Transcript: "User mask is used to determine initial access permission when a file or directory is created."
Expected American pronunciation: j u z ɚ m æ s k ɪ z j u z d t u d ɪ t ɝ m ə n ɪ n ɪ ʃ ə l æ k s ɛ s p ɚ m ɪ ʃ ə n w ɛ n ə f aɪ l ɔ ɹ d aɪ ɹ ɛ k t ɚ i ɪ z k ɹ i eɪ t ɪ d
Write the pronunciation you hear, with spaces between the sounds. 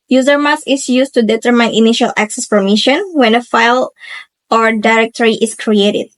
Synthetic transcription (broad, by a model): j u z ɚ m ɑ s ɪ s j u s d t u d ɪ t ɝ m ə n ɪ n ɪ ʃ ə l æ k s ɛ s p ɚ m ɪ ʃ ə n w ɛ n ə f aɪ l ɔ ɹ d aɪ ɹ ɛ k t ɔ i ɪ s k ɹ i eɪ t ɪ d